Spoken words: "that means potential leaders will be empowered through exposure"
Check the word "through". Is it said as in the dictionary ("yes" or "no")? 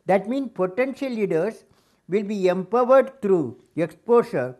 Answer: no